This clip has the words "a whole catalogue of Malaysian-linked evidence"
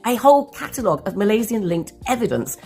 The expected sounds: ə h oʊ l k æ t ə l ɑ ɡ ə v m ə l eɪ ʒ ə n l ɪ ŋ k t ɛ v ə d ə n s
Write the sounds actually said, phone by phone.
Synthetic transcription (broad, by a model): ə h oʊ l k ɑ t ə l ɑ ɡ ə v m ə l eɪ z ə n l ɪ ŋ k t ɛ v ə d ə n s